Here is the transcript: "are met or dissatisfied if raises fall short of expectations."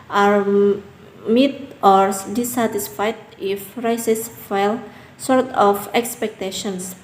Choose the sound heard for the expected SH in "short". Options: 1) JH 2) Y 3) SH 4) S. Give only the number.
4